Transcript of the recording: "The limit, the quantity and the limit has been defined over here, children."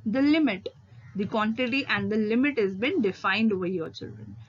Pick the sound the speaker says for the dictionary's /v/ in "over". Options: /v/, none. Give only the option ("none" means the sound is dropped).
none